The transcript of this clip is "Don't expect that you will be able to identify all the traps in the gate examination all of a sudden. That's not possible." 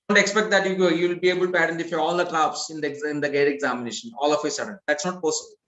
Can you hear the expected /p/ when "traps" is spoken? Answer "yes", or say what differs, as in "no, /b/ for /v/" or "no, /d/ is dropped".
no, /b/ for /p/